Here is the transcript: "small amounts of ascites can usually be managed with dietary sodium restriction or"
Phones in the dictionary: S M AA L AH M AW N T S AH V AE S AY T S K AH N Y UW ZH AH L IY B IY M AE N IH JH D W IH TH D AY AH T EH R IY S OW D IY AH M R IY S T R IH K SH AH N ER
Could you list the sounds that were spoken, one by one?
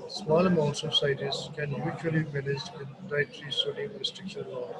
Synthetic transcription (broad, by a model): S M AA L AH M AW N T S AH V S AY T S K AH N Y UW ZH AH IY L IY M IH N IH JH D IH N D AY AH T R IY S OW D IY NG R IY S T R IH K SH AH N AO